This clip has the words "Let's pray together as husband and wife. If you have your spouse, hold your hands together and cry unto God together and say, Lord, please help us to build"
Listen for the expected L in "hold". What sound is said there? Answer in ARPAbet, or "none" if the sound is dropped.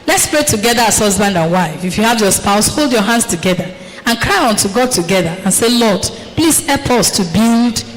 L